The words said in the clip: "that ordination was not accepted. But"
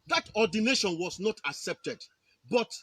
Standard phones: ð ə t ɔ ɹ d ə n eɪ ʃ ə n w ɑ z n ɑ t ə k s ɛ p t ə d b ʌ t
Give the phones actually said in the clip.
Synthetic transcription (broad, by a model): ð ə t ɔ d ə n eɪ ʃ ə n w ɑ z n ɑ t ə k s ɛ p t ə d b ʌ t